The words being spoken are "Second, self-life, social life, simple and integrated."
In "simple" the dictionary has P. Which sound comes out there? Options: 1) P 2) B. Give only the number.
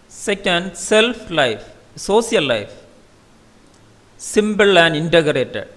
2